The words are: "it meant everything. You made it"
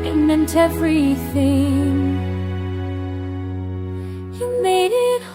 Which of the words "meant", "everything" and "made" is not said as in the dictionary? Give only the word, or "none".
none